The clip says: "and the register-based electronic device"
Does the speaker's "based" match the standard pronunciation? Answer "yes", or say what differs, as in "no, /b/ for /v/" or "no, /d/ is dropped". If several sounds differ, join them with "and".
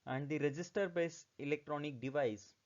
no, /t/ is dropped